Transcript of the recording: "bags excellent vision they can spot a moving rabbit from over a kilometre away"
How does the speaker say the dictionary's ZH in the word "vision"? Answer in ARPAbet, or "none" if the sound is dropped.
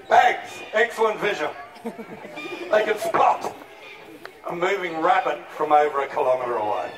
ZH